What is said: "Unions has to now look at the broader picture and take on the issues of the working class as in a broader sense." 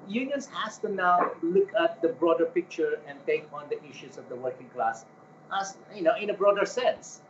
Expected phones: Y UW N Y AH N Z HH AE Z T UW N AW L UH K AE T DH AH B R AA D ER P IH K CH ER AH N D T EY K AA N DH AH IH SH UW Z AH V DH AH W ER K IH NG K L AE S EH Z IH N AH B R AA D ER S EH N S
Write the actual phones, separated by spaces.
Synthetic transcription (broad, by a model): Y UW N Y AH N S HH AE S T UW N AW L UH K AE T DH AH B R AA D ER P IH K CH ER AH N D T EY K AA N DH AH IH SH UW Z AH V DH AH W ER K IH NG K L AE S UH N IH N AH B R AA D ER S EH N S